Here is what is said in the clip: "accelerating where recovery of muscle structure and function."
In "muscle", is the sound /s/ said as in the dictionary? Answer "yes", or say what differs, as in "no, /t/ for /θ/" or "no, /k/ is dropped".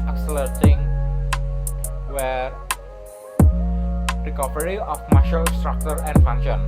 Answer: no, /ʃ/ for /s/